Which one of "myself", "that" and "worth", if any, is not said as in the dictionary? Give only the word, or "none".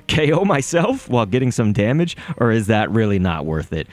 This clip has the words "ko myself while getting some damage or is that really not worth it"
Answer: none